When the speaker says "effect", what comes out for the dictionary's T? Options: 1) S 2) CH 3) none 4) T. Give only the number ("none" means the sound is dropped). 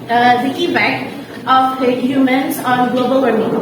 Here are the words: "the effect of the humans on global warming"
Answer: 3